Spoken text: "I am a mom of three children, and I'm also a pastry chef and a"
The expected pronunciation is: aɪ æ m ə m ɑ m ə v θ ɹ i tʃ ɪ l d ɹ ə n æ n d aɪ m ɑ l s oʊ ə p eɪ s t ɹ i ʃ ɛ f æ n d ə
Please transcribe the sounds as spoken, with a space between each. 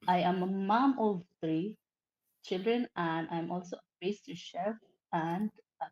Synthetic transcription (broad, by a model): aɪ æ m ə m ɑ m ə v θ ɹ i tʃ ɪ l d ɹ ə n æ n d aɪ m ɑ l s oʊ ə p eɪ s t i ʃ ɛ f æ n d